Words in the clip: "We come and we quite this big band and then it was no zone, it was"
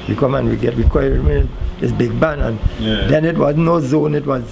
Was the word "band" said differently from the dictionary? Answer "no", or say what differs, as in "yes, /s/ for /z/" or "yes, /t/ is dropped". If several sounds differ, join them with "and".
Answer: yes, /d/ is dropped